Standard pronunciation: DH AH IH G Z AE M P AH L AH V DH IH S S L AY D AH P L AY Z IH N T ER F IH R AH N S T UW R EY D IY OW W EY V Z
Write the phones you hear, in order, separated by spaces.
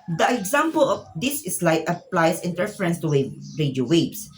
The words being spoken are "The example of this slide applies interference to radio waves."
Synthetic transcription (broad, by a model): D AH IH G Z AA M P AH L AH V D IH S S L AY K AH P L AY S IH N T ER F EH R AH N S T UW W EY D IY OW W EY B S